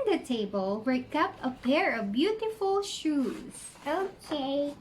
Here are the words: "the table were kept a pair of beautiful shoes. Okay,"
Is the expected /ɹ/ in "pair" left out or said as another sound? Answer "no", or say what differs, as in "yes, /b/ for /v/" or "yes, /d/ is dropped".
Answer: no